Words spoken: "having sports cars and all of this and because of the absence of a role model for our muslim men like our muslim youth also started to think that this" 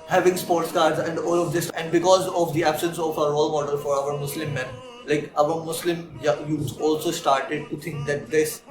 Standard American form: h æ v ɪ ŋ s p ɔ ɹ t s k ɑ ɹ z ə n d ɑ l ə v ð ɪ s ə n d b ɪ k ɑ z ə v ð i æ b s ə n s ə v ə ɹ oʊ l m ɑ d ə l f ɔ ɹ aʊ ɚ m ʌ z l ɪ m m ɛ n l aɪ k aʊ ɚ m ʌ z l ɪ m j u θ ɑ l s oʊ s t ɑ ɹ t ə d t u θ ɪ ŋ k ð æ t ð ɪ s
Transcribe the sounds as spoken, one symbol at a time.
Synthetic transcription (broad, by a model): h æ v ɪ ŋ s p ɔ ɹ t s k ɑ ɹ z ə n d ɑ l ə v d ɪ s ə n d b ɪ k ɑ z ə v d i æ b s ə n s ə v ə ɹ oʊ l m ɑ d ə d f ɔ ɹ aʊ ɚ m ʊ s l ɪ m m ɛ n l aɪ k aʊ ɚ m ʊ s l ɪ m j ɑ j ɑ l s oʊ s t ɑ ɹ t ə d t u t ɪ ŋ k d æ t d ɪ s